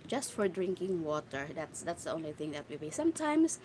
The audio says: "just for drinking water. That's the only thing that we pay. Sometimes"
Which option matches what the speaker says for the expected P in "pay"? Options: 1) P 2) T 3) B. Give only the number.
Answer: 3